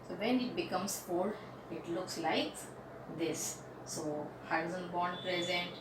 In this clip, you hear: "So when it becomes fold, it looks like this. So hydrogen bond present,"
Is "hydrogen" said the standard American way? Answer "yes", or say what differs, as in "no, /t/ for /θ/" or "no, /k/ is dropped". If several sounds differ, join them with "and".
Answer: no, /z/ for /dʒ/